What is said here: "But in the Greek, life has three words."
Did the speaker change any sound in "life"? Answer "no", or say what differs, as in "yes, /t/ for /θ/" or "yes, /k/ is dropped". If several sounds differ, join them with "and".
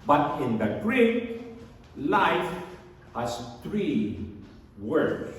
no